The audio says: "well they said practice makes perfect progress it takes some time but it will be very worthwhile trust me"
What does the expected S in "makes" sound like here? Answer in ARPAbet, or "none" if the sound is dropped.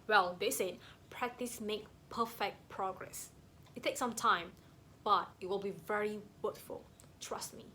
none